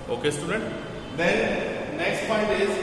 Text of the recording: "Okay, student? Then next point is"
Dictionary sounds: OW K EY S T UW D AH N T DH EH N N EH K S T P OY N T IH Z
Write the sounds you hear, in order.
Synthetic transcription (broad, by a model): OW K EY S T UW D AH N T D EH N N EH K S T F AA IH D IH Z